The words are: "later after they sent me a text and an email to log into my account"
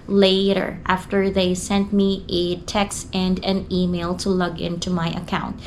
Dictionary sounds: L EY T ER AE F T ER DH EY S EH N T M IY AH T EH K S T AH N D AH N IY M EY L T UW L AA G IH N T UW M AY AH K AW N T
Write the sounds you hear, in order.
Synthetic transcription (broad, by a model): L EY T ER AE F T ER DH EY S EH N T M IY AH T EH K S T AH N D AH N IY M EY L T UW L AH G IH N T UW M AY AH K AW N T